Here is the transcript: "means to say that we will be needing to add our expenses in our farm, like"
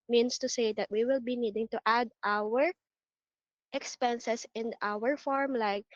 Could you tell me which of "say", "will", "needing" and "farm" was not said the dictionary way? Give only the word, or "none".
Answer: none